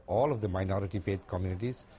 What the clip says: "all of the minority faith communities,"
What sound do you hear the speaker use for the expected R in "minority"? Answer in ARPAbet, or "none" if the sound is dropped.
R